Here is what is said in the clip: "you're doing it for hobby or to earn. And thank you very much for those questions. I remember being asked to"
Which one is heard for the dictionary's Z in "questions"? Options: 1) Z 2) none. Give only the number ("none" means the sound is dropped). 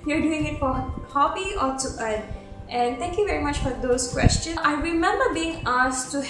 2